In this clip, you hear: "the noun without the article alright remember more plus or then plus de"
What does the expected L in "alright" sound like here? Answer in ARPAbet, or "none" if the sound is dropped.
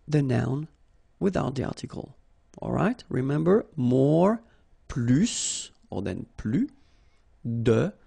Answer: L